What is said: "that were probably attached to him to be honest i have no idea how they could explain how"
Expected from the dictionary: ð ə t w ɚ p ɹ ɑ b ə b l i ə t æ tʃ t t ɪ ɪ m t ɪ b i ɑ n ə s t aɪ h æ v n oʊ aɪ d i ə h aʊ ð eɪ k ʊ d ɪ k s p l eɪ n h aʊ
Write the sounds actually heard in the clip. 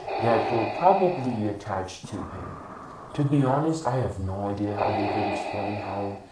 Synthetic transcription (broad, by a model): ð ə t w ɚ p ɹ ɑ b ə b l i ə t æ tʃ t t ɪ ɪ m t ɪ b i ɑ n ə s t aɪ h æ v n oʊ aɪ d i ə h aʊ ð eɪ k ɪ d ɪ k s p l eɪ n h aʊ